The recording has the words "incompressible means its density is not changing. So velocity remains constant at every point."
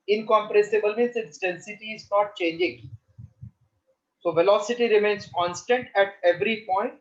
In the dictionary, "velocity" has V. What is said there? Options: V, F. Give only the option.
V